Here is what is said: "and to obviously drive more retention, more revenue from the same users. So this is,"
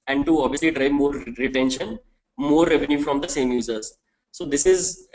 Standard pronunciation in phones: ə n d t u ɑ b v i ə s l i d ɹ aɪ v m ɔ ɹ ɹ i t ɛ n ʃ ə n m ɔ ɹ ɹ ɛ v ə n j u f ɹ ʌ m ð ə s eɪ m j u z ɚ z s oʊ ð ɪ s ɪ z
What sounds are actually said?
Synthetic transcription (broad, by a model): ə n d t u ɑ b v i ə s l i d ɹ aɪ v m ɔ ɹ ɹ i t ɛ n ʃ ə n m ɔ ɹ ɹ ɛ v ə n j u f ɹ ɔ m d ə s eɪ m j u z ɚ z s oʊ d ɪ s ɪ z